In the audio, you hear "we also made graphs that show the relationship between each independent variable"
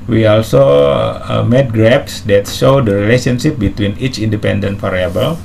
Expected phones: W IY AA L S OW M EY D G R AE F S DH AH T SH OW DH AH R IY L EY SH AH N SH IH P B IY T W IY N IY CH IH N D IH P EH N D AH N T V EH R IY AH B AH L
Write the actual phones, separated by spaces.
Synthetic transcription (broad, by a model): W IY AA L S OW M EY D G R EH P S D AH T SH OW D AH R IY L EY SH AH N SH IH P B IY T W IY N IY CH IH N D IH P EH N D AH N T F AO R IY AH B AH L